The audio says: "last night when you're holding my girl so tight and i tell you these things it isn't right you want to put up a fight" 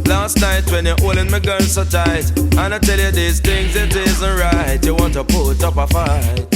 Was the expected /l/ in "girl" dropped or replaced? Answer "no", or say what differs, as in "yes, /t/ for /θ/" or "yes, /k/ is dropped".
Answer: yes, /n/ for /l/